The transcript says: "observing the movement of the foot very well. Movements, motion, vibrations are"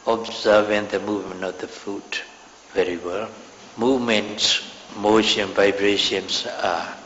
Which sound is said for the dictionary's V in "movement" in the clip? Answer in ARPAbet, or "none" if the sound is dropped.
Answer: V